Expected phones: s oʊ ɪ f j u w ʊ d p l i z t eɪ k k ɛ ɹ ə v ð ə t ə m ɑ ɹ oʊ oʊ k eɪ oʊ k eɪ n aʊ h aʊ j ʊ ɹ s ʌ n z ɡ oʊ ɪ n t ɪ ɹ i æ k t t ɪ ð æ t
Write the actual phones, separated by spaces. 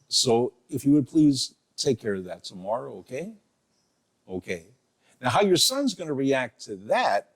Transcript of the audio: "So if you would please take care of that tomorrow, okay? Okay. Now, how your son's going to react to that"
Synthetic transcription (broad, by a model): s oʊ ɪ f j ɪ w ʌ d p l i z t eɪ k k ɛ ɹ ə v ð ə t ə m ɑ ɹ oʊ oʊ k eɪ oʊ k eɪ n aʊ h aʊ j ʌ ɹ s ʌ n z ɡ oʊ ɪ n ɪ ɹ i æ k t t ɪ ð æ t